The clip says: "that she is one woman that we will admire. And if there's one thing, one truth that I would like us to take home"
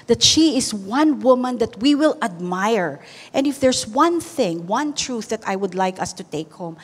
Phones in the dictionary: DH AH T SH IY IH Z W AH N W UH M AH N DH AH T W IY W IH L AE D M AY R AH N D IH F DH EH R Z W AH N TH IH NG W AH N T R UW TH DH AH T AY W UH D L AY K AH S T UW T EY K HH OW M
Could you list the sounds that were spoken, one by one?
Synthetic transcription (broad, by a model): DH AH T SH IY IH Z W AH N W UH M AH N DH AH T W IY W IH L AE D M AY R AH N D IH F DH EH R S W AH N TH IH NG W AH N T R UW TH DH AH T AY W UH D L AY K AH S T UW T EY K HH OW M